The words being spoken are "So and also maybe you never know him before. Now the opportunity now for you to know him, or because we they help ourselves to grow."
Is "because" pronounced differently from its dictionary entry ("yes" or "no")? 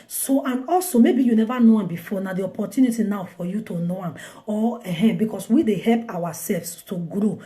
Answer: yes